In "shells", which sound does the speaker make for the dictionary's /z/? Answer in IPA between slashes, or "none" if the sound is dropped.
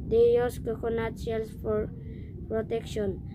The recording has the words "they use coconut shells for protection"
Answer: /s/